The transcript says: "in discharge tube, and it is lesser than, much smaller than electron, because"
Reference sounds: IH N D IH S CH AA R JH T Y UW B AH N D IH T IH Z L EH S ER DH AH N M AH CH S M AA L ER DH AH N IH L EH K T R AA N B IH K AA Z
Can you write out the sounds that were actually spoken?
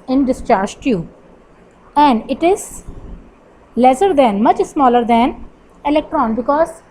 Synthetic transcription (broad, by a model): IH N D IH S CH AA R JH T Y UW AH N D IH T IH Z L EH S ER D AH N M AH CH S M AA L ER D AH N IH L EH K T R AA N B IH K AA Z